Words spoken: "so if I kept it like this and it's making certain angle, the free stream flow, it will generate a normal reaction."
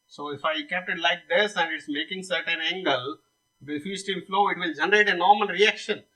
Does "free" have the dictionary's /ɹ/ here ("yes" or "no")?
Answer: no